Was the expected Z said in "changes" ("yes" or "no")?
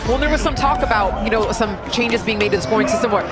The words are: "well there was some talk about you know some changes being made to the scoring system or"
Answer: yes